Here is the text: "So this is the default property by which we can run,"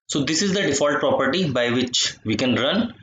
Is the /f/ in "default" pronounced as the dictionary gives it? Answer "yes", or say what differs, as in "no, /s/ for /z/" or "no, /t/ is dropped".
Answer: yes